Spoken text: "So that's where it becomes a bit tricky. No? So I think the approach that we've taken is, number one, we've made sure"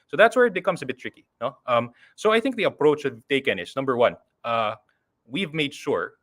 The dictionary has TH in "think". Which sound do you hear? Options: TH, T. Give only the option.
TH